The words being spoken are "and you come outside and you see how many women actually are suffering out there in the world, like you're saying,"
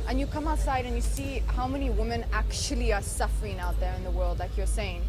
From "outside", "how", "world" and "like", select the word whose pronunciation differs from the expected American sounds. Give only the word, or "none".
none